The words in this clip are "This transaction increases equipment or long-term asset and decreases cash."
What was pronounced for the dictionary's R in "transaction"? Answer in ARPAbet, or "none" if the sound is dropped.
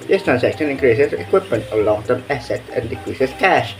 none